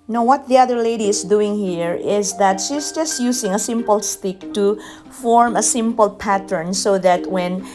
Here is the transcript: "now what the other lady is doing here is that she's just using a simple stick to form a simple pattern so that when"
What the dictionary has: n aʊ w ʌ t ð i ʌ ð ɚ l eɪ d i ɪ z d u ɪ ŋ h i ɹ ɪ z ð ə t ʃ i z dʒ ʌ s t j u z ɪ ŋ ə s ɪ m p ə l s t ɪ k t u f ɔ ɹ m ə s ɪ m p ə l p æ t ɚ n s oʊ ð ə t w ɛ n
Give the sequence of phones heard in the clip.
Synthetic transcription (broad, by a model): n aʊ w ʌ t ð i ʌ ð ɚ l eɪ d i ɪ s d u ɪ ŋ h i ɹ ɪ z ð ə t ʃ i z dʒ ʌ s t j u s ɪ ŋ ə s ɪ m p ə l s t ɪ k t u f ɔ ɹ m ə s ɪ m p ə l p æ t ɚ n s oʊ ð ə t w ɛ n